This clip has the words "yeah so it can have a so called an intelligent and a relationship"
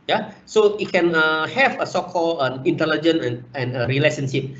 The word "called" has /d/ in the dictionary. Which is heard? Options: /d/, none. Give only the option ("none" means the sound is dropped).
none